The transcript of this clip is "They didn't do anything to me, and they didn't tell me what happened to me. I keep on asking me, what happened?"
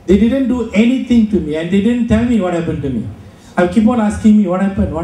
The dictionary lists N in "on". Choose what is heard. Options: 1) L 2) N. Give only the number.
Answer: 1